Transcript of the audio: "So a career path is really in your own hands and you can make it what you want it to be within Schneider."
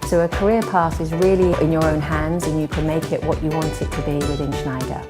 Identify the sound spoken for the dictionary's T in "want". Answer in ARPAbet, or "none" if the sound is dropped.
T